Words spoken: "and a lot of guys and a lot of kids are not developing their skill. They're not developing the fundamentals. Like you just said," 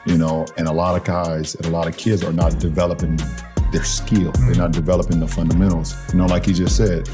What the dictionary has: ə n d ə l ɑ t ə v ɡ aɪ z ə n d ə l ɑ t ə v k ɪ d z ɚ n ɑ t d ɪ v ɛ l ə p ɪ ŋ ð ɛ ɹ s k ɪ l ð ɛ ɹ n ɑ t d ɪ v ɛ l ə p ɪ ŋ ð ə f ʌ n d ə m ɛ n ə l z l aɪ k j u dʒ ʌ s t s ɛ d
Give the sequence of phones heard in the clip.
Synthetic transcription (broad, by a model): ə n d ə l ɑ t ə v ɡ aɪ z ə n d ə l ɑ t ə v k ɪ d z ɚ n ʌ t d ɪ v ɛ l ə p ɪ ŋ ð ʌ ɹ s k ɪ l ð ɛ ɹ n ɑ t d ɪ v ɛ l ə p ɪ ŋ ð ə f ʌ n d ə m ɛ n l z l aɪ k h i dʒ ʌ s t s ɛ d